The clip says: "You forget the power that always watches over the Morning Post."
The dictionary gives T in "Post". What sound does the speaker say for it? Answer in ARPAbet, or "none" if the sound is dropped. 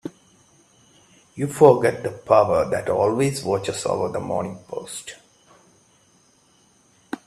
T